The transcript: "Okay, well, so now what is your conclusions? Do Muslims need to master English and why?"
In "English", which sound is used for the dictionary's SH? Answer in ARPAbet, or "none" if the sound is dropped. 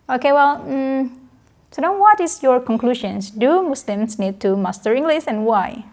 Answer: S